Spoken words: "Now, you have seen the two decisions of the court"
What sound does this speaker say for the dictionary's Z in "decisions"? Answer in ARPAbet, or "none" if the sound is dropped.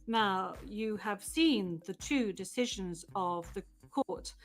Z